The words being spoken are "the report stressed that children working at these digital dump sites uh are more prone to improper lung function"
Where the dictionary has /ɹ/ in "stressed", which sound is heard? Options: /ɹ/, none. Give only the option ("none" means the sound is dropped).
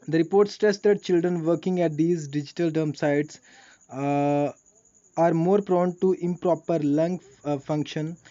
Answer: none